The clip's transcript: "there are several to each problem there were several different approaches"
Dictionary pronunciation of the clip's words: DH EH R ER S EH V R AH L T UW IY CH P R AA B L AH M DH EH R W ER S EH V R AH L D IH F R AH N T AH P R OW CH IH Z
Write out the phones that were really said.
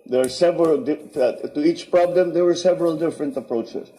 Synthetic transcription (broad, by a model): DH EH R S EH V R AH L T UW IY CH P R AA B L AH M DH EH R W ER S EH V R AH L D IH F R AH N T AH P R OW CH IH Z